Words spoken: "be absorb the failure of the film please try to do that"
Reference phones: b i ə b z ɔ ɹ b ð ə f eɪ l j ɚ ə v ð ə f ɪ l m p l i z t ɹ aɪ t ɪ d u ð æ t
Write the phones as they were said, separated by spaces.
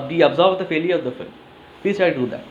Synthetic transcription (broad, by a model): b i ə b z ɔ ɹ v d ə f eɪ l j ɚ ə v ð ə f ɪ l m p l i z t aɪ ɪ d u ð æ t